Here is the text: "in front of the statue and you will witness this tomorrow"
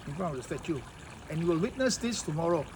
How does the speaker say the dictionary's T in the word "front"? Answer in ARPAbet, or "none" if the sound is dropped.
none